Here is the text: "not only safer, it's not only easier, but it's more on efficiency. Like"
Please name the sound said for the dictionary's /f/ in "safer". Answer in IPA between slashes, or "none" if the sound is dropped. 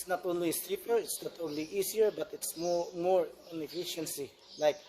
/p/